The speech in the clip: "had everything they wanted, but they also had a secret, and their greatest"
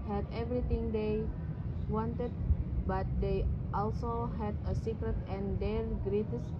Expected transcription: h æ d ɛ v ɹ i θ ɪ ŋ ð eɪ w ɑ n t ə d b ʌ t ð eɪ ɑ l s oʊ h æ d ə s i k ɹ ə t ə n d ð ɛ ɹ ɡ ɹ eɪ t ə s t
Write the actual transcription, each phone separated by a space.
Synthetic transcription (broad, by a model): h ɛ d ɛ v ɹ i t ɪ ŋ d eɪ w ɑ n t ə d b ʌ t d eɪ ɑ l s oʊ h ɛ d ə s i k ɹ ə t ə n d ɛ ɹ ɡ ɹ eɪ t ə s